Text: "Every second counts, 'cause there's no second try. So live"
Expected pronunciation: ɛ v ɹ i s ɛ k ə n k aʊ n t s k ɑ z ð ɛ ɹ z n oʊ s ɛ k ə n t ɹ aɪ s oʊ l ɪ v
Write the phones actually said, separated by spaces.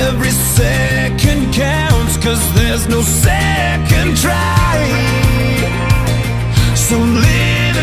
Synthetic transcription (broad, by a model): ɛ v ɹ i s ɛ k ə n k aʊ n t s k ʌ z ð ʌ ɹ z n oʊ s ɛ k ə n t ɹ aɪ s oʊ l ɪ